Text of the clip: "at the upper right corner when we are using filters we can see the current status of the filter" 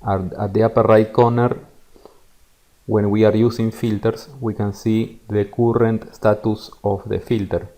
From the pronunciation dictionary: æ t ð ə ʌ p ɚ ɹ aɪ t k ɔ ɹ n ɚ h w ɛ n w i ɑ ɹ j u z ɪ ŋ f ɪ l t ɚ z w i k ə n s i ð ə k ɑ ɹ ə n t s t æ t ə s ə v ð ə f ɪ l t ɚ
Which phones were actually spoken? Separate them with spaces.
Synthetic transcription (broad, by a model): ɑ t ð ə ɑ p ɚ ɹ aɪ t k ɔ n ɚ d w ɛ n w i ɑ ɹ j u s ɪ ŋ f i l t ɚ s w i k ə n s i ð ə k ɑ ɹ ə n t s t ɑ t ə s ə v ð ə f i l t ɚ